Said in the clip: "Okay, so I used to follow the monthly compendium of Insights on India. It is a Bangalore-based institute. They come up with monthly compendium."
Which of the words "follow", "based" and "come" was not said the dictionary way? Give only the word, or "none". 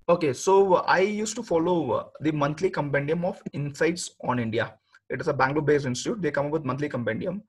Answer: based